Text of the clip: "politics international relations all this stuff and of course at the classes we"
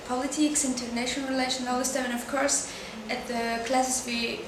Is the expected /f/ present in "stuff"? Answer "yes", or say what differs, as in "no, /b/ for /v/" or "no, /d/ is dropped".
no, /f/ is dropped